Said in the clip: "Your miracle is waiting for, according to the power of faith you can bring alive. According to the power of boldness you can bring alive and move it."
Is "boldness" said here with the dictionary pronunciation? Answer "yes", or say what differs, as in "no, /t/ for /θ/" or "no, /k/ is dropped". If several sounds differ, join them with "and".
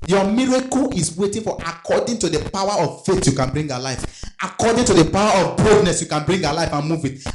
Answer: no, /l/ is dropped